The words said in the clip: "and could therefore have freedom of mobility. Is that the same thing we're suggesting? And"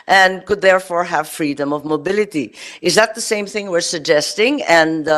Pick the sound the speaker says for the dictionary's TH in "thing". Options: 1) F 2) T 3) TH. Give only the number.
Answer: 3